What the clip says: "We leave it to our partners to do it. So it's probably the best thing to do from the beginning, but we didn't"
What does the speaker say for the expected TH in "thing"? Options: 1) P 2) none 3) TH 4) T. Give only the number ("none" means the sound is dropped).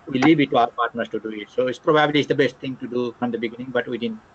4